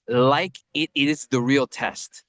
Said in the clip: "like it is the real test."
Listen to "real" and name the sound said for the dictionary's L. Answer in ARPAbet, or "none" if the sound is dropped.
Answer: L